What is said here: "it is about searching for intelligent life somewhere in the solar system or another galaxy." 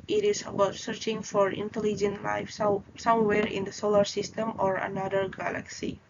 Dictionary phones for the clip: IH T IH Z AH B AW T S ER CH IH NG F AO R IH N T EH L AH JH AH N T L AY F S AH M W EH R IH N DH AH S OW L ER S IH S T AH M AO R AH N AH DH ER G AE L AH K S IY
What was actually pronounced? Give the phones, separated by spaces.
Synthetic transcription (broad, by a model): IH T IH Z AH B AW T S ER CH IH NG F AO R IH N T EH L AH JH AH N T L AY F S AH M W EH R IH N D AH S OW L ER S IH S T AH M AO R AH N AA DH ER G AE L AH K S IY